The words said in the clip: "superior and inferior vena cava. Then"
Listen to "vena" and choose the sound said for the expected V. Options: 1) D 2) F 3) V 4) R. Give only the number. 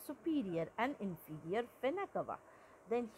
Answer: 2